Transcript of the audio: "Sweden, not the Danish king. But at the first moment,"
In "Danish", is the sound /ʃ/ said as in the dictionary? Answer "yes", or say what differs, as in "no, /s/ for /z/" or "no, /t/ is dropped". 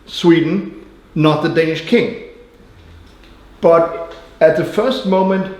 yes